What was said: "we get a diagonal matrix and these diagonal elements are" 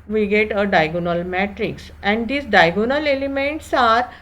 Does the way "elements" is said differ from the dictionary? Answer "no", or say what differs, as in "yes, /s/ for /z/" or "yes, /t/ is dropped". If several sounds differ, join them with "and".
no